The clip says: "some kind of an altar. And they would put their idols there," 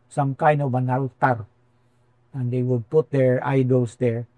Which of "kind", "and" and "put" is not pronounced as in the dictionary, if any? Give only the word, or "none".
kind